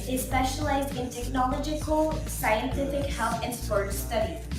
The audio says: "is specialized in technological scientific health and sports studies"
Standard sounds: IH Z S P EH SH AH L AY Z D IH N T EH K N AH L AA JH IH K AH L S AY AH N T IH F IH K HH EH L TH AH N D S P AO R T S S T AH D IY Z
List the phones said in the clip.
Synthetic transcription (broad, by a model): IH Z S P EH SH AH L AY Z D IH N T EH K N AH L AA JH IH K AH L S AY AH N T IH F IH K HH EH L TH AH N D S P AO R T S S T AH D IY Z